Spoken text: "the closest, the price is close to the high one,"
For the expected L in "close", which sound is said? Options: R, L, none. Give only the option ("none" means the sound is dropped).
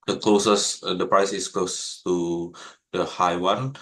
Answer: L